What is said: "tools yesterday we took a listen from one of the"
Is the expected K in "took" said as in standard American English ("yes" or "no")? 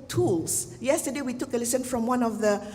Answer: yes